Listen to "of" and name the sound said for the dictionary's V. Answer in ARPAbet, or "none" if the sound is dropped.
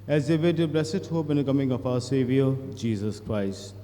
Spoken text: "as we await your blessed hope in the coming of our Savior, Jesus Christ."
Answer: P